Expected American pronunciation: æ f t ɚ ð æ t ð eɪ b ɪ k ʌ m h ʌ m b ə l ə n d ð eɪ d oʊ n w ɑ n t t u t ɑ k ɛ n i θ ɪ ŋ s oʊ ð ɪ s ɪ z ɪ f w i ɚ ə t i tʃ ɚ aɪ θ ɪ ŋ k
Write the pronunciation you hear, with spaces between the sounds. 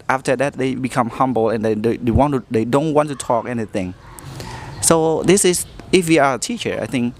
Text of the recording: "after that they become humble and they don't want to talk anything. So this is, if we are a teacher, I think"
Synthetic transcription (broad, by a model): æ f t ɚ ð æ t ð eɪ b ɪ k ʌ m h ʌ m b ə l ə n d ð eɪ d oʊ n w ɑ n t t u t ɑ k ɛ n i θ ɪ ŋ s oʊ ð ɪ s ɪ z ɪ f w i ɚ ə t i tʃ ɚ aɪ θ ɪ ŋ k